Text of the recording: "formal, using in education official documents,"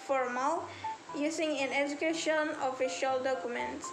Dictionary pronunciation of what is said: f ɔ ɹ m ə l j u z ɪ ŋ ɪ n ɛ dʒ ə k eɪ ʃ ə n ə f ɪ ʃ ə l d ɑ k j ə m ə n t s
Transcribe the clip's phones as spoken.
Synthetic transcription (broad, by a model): f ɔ ɹ m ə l j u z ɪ ŋ ɪ n ɛ dʒ ə k eɪ ʃ ə n ə f ɪ ʃ ə l d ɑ k j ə m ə n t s